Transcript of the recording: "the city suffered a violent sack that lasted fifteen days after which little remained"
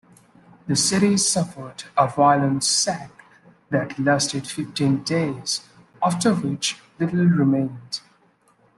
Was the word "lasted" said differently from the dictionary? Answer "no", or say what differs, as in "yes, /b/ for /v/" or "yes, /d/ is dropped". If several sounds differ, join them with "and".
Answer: no